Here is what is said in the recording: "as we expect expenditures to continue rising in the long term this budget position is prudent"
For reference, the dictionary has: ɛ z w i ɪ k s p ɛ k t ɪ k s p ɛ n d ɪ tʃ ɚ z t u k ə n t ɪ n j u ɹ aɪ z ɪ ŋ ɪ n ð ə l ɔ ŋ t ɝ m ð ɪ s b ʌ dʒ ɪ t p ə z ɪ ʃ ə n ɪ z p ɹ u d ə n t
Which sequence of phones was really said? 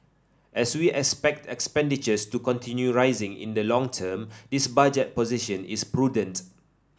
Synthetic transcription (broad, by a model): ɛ s w i ɪ k s p ɛ k t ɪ k s p ɛ n d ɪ tʃ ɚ s t u k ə n t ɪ n j u ɹ aɪ z ɪ ŋ ɪ n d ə l ɔ ŋ t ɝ m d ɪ s b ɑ dʒ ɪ t p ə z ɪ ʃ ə n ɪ s p ɹ u d ə n t